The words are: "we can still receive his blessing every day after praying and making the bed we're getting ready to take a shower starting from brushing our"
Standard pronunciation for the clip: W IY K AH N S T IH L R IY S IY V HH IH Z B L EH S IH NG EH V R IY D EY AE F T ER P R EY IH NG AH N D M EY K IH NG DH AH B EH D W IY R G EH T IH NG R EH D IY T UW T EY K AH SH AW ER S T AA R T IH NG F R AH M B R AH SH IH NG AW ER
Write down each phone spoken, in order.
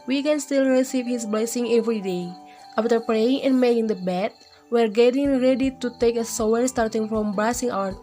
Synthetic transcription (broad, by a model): W IY K AH N S T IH L R IY S IY V HH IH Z B L EH S IH NG EH V R IY D EY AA F T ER P R EY IH NG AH N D M EY K IH NG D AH B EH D W IY R G EH T IH NG R EH D IY T UW T EY K AH S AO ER S T AA R T IH NG F R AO M B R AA S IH NG AW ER